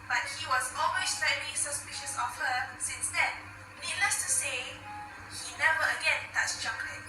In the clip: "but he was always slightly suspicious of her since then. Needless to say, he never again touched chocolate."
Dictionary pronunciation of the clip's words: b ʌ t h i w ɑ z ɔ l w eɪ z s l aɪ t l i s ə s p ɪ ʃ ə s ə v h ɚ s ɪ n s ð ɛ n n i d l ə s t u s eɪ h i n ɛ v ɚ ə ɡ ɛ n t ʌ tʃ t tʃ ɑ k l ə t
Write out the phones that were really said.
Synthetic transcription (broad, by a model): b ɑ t h i w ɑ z ɔ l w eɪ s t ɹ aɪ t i s ə s p ɪ ʃ ə s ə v h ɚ s ɪ n s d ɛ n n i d l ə s t u s eɪ h i n ɛ v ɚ ə ɡ ɛ n t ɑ tʃ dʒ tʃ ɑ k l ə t